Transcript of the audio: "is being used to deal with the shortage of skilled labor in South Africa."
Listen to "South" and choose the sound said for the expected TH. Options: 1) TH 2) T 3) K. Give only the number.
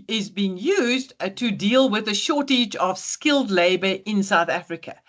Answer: 1